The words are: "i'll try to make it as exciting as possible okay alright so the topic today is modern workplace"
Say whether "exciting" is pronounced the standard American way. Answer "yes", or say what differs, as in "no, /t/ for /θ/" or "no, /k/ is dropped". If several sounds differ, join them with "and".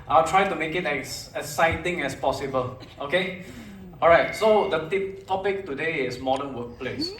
no, /k/ is dropped